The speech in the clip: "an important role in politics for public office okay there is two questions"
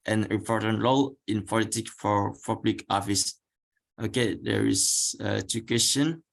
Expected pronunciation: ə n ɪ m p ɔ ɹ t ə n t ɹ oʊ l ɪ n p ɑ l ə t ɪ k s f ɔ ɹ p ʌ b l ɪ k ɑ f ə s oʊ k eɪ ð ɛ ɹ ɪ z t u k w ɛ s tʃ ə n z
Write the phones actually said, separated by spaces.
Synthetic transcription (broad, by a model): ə n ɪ p ɔ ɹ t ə n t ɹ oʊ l ɪ n p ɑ l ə t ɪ k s f ɔ ɹ p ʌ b l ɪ k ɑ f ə s oʊ k eɪ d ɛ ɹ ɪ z t u k w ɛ s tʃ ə n